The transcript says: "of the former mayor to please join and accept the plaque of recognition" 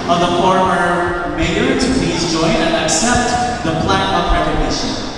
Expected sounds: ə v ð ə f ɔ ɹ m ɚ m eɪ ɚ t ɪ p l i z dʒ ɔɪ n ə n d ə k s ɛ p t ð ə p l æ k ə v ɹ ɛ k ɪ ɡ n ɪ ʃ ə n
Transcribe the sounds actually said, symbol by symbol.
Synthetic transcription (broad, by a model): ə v ð ə f ɔ ɹ m ɚ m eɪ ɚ t ɪ p l i z dʒ ɔɪ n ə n ə k s ɛ p t ð ə p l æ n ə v ɹ ɛ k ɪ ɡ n ɪ ʃ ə n